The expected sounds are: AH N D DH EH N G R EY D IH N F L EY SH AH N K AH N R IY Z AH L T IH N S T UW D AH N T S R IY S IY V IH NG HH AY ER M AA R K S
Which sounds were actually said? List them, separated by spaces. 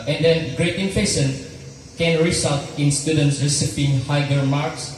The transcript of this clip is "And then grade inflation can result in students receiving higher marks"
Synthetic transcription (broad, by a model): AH N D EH N G R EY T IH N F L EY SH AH N K AH N R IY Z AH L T IH N S T UW D AH N T S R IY S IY P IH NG HH AY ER M AA R K S